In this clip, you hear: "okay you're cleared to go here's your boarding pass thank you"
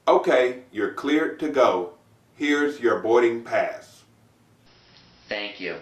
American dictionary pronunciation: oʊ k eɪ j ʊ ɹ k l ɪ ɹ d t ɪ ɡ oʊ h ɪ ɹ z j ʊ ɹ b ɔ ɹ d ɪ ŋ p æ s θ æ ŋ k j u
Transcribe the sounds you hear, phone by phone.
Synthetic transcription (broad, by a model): oʊ k eɪ j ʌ ɹ k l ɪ ɹ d t ɪ ɡ oʊ h ɪ ɹ z j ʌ ɹ b ɔ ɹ d ɪ ŋ p æ s θ æ ŋ k j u